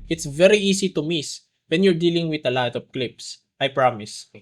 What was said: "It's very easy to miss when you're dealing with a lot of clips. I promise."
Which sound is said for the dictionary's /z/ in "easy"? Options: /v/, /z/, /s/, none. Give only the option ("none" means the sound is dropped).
/s/